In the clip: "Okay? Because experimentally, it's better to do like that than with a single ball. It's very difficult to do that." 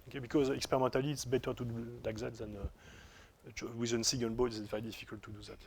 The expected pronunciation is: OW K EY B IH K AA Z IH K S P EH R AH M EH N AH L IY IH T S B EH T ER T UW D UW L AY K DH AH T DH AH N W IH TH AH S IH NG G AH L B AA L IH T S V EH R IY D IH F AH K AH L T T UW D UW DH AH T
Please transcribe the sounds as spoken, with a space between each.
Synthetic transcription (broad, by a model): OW K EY B IH K AA Z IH K S P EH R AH M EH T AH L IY T S B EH T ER T UW D UW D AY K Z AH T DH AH N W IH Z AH S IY G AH N B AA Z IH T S V EH R IY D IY F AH K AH L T T UW D UW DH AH T